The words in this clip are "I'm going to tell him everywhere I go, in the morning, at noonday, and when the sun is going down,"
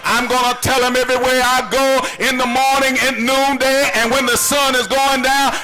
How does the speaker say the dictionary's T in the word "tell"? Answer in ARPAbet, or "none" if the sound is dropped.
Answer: T